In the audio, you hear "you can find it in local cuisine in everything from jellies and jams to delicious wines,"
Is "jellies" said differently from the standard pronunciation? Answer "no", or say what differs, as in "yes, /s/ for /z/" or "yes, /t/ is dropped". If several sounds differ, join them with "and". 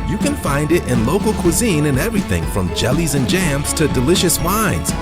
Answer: no